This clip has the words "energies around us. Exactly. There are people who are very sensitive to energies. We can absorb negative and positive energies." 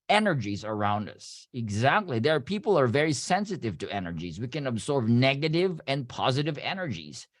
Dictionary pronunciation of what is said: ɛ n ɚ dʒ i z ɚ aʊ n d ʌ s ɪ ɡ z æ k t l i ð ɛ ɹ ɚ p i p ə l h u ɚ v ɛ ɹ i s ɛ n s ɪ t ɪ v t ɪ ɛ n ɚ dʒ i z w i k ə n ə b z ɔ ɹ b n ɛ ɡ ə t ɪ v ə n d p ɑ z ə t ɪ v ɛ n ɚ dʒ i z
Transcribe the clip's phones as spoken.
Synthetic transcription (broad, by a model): ɛ n ɚ dʒ i z ɚ aʊ n d ʌ s ɪ ɡ z æ k t l i ð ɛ ɹ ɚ p i p l ɚ v ɛ ɹ i s ɛ n s ɪ t ɪ v t ɪ ɛ n ɚ dʒ i z w i k ə n ə b z ɔ ɹ b n ɛ ɡ ə t ɪ v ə n p ɑ z ə t ɪ v ɛ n ɚ dʒ i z